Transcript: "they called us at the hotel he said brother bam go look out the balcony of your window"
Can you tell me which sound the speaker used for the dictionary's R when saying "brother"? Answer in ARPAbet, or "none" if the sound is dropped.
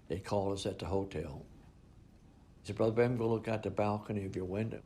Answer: R